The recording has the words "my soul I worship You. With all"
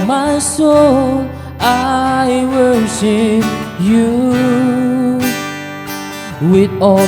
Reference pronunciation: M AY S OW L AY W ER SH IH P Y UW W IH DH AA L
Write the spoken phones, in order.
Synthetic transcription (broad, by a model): M AY S OW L AY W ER S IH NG Y UW W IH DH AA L